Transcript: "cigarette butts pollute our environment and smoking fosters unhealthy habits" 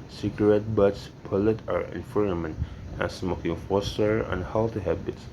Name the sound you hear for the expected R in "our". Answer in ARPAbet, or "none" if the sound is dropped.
R